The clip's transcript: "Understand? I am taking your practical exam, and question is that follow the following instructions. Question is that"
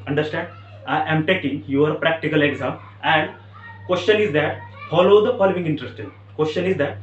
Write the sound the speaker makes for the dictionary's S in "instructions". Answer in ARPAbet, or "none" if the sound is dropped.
none